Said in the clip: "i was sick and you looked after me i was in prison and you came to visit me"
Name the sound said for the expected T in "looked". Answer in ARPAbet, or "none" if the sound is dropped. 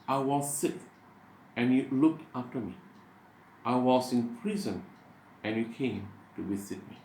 T